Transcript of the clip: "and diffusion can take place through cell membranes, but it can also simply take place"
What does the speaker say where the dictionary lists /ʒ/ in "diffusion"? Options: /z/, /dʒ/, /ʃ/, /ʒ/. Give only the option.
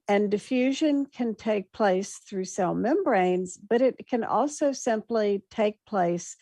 /ʒ/